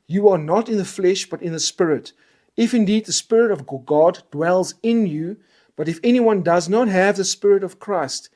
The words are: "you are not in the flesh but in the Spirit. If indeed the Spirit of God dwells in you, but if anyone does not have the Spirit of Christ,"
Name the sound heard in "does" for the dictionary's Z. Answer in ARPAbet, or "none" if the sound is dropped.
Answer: Z